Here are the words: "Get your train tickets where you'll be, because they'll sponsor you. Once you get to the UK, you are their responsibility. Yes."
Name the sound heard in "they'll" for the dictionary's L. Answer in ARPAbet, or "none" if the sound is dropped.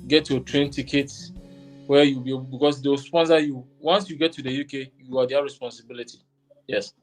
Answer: W